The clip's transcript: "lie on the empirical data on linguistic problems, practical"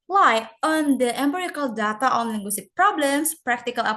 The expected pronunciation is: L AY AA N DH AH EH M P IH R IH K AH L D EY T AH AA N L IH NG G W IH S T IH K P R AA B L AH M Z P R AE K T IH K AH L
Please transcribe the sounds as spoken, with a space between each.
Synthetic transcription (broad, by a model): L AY AA N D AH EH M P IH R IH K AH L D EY T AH AA N L IH NG G W IH S T IH K P R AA B L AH M S P R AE K T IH K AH L